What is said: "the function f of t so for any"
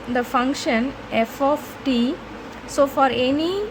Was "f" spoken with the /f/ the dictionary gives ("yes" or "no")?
yes